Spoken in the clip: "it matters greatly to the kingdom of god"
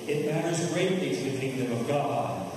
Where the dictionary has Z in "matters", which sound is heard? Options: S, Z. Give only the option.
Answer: Z